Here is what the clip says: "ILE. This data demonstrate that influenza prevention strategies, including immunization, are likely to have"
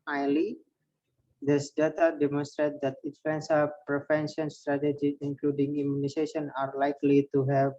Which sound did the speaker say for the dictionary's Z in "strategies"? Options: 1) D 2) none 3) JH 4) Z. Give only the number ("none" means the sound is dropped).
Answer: 2